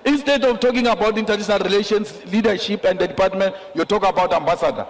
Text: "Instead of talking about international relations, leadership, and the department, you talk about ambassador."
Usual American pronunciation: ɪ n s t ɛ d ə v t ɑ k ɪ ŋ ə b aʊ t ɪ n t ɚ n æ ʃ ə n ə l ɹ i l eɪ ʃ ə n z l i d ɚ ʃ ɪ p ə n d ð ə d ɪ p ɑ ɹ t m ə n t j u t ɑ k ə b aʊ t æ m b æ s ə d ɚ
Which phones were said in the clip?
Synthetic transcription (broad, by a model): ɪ n s t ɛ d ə f t ɑ k ɪ ŋ ə b aʊ t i n t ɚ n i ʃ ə n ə l ɹ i l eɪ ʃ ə n s l i d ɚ ʃ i p ə n d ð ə d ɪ p ɑ t m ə n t j u t ɑ k ə b aʊ t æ m b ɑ s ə d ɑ